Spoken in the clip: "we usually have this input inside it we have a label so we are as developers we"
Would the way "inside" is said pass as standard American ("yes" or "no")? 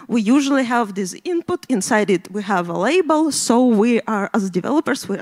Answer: yes